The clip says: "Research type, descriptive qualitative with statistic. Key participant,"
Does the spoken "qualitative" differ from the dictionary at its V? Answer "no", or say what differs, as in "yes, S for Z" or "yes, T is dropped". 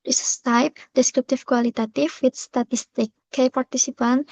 yes, F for V